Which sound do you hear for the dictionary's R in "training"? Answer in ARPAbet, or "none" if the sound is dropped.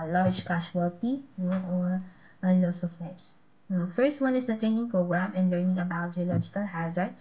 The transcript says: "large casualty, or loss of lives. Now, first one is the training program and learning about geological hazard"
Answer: none